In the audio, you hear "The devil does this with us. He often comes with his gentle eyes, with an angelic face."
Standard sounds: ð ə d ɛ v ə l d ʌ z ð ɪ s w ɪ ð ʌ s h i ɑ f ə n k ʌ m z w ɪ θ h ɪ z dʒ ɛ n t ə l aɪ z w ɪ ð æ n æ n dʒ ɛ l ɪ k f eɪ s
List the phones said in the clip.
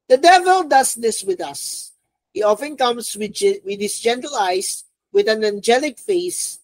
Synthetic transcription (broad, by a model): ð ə d ɛ v ə l d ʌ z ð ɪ s w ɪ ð ʌ s h i ɑ f ə n k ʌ m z w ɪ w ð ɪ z dʒ ɛ n t ə l aɪ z w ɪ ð æ n æ n dʒ ɛ l ɪ k f eɪ s